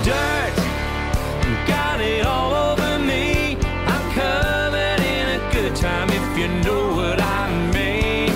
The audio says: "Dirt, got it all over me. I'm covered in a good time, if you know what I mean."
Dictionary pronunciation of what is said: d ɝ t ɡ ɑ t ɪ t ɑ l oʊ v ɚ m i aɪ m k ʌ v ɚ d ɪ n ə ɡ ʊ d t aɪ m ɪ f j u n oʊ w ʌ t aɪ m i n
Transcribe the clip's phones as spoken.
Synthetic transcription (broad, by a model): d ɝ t ɡ ɑ t ɪ t ɑ l oʊ v ɚ m i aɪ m k ʌ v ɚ d ɪ n ə ɡ ʊ d t aɪ m ɪ f j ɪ n oʊ w ʌ t aɪ m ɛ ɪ